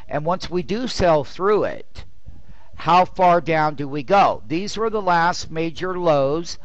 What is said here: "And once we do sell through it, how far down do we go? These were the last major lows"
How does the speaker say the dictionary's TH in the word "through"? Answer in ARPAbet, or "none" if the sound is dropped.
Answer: TH